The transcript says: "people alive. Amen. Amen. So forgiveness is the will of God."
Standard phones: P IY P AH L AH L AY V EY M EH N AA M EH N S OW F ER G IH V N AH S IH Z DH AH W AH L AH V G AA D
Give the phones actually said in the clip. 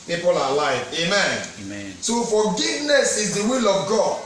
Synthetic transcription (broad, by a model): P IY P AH L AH L AY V EY M EH N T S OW F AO G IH V N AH S IH Z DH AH W AH L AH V G AA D